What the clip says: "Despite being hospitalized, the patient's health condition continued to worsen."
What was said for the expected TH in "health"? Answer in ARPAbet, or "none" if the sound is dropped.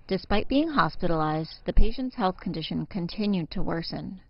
TH